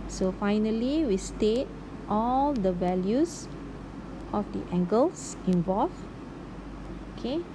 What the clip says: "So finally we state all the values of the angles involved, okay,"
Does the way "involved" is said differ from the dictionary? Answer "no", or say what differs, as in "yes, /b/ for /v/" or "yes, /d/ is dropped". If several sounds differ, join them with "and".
yes, /d/ is dropped